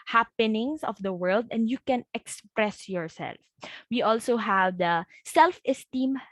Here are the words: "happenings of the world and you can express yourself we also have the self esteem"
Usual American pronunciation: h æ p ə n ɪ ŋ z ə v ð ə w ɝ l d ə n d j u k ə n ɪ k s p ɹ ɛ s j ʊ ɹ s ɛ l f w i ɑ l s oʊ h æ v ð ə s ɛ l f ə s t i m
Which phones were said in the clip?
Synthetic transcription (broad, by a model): h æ p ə n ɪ ŋ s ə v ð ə w ɝ l d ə n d j u k ə n ɪ k s p ɹ ɛ s j ʊ ɹ s ɛ l f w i ɑ l s oʊ h æ v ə s ɛ l f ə s t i m